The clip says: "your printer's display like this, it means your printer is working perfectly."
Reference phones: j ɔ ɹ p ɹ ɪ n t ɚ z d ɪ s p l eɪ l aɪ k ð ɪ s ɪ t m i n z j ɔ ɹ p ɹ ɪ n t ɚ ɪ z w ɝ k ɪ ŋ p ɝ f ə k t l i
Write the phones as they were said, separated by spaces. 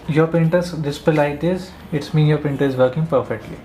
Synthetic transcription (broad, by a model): j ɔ ɹ p ɛ n t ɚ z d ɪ s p eɪ l aɪ k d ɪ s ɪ t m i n j ɔ ɹ p ɪ n t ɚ ɪ z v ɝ k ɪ ŋ p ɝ f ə k t l i